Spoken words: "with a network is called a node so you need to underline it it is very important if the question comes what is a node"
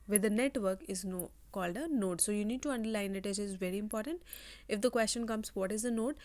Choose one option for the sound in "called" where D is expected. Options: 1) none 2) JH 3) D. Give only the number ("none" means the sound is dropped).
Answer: 3